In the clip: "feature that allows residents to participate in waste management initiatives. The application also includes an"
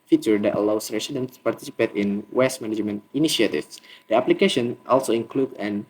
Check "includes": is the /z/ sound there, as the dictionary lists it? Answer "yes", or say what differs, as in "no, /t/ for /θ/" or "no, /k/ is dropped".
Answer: no, /z/ is dropped